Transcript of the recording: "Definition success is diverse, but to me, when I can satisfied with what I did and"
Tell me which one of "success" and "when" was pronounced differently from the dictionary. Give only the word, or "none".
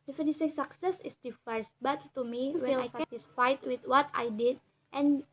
when